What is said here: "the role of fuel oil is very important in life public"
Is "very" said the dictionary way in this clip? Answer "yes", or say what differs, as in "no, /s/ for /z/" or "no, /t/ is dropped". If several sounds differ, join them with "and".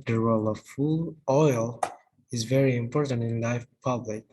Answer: yes